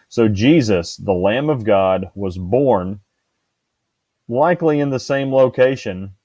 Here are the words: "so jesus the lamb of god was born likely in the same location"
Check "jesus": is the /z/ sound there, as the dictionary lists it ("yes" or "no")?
yes